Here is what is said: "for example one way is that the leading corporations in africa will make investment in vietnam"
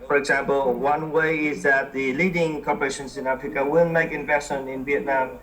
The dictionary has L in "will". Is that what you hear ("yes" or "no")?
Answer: no